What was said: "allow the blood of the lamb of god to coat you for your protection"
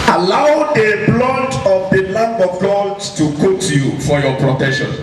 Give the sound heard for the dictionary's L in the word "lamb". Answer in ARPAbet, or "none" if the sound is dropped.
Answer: N